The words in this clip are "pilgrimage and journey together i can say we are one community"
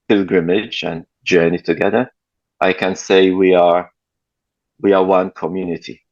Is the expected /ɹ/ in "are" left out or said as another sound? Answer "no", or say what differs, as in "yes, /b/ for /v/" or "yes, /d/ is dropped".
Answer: yes, /w/ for /ɹ/